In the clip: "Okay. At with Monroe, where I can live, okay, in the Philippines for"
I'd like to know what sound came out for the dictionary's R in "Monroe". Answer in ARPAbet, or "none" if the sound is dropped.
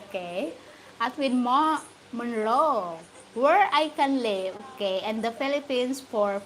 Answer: L